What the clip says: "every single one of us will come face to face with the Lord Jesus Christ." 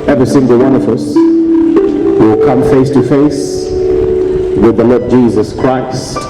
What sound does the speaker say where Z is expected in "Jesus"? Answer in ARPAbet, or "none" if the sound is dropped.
Z